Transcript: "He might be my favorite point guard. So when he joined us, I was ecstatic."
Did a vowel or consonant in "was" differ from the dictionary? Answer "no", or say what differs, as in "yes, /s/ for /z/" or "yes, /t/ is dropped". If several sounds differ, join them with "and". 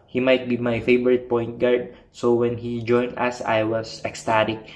yes, /s/ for /z/